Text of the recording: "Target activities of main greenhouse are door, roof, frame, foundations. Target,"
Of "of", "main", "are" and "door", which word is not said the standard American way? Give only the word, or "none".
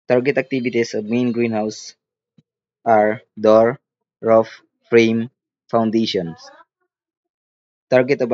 of